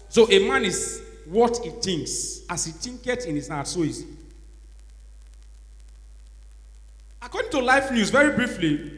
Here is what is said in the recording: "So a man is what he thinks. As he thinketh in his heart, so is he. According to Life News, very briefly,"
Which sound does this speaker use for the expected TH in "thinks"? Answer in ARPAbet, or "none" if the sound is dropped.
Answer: T